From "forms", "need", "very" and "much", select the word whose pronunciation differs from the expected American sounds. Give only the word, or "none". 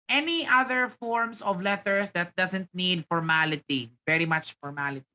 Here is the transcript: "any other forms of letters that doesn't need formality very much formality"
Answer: forms